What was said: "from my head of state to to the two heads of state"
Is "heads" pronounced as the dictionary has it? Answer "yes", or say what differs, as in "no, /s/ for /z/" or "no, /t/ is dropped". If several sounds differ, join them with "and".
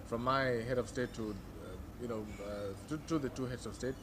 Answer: no, /s/ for /z/